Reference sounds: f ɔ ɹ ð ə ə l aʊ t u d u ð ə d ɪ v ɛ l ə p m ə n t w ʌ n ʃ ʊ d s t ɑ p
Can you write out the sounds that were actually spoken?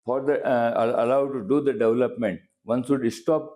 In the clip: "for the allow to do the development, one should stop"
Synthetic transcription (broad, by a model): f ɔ ɹ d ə ə l aʊ t u d u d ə d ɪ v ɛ l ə p m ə n t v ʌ n s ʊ d s t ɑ p